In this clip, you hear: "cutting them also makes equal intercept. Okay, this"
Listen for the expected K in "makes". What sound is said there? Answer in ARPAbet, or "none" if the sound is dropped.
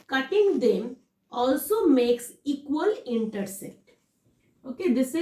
K